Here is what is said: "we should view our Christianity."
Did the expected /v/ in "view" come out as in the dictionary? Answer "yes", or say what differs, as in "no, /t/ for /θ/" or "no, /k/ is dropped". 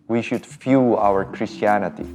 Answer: no, /f/ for /v/